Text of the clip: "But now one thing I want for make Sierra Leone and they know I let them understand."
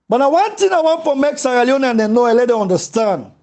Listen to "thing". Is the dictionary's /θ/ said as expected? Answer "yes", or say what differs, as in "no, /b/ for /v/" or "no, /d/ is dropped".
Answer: no, /t/ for /θ/